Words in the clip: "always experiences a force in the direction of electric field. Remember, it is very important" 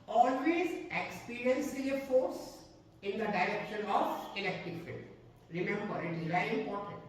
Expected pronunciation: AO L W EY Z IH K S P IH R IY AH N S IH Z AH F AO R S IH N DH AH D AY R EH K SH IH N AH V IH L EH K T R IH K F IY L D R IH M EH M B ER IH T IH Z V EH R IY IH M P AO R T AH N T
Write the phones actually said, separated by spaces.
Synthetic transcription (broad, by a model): AO L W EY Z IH K S P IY R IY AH N S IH AH F AO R S IH N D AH D AY R EH K SH IH N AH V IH L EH K T IH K F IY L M R IH M EH M B ER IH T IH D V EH IY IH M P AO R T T